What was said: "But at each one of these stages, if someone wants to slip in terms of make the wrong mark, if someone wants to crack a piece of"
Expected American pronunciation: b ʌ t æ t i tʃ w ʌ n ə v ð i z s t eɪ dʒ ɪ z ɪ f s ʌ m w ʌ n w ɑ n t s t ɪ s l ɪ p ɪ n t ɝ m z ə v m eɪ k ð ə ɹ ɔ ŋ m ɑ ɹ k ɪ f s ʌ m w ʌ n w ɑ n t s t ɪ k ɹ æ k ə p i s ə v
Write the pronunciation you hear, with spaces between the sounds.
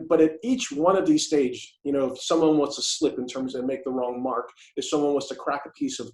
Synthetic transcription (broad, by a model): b ʌ t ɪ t i tʃ w ʌ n ə v ð i z s t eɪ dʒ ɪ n ɪ f s ʌ m w ʌ n w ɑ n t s t ɪ s l ɪ p ɪ n t ɝ m z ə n m eɪ k ð ə ɹ ɔ ŋ m ɑ ɹ k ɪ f s ʌ m w ʌ n w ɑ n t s t ɪ k ɹ æ k ə p i s ə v